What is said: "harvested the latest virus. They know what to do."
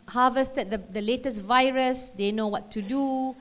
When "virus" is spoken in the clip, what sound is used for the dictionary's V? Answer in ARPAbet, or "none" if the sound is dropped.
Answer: V